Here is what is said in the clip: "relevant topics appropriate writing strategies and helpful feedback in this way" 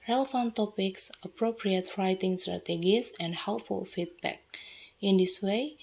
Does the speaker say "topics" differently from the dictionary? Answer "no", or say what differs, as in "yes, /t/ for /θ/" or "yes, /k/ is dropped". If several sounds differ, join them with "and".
no